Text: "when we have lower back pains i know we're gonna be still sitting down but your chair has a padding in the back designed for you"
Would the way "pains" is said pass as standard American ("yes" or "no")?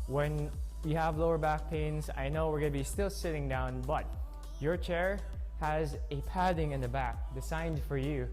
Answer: yes